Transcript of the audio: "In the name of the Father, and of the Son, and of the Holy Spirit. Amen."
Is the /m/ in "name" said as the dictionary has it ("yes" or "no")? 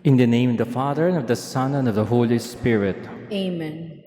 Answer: no